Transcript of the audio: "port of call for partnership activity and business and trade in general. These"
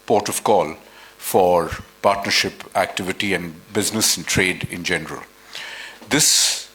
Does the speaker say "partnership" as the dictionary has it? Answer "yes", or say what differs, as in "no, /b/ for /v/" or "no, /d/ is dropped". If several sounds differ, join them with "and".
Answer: yes